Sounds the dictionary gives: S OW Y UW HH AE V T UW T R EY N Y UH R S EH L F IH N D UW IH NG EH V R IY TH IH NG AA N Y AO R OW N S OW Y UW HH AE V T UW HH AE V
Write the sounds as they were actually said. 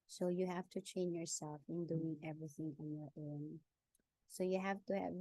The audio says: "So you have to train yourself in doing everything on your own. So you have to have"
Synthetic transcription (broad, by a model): S OW Y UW HH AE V T UW T R EY N Y UH R S EH L F IH N D UW IH NG EH V R IY TH IH NG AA N Y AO R OW N S OW Y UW HH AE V T UW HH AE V